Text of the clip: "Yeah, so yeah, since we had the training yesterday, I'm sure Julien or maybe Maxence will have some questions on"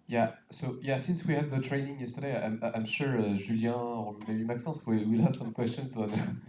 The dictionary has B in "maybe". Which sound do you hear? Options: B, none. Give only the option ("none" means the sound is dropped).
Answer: none